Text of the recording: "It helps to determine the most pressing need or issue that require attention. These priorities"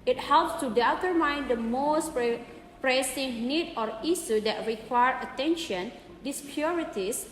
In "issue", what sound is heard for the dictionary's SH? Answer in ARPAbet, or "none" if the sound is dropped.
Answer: S